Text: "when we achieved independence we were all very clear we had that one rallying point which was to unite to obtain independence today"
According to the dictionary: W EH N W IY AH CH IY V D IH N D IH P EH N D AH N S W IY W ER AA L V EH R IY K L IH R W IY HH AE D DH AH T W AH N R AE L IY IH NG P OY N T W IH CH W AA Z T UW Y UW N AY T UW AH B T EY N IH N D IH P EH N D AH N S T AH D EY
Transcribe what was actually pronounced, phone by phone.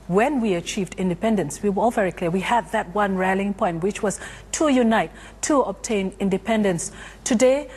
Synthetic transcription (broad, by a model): W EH N W IY AH CH IY V D IH N D IH P EH N D AH N S W IY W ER AA L V EH R IY K L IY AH W IY HH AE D DH AH T W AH N R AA L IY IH NG P OY N T W IH CH W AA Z T UW Y UW N AY T UW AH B T EY N IH N D IH P EH N D AH N S T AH D EY